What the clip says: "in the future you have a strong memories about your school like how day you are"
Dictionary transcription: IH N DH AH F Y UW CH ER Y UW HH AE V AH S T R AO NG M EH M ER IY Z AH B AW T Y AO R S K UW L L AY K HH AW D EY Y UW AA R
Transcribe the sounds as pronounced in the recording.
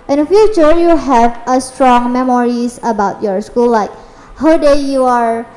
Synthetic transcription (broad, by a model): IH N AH F Y UW CH ER Y UW HH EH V AH S T R AO NG M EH M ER IY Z AH B AW T Y AO R S K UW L L AY K HH AW D EY Y UW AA R